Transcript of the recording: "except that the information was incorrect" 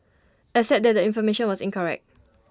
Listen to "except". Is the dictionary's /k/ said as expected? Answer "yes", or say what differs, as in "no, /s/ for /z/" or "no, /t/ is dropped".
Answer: no, /k/ is dropped